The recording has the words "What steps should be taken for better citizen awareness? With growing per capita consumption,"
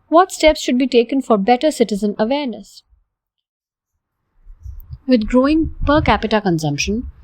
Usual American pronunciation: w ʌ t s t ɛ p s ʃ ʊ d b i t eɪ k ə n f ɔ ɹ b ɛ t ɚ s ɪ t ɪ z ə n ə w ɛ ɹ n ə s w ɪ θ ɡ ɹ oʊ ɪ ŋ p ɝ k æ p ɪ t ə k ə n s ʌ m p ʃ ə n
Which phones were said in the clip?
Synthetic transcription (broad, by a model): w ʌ t s t ɛ p s ʃ ʊ d b i t eɪ k ə n f ɔ ɹ b ɛ t ɚ s ɪ t ɪ z ə n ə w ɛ ɹ n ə s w ɪ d ɡ ɹ oʊ ɪ ŋ p ɝ k æ p ɪ t ə k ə n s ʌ m p ʃ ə n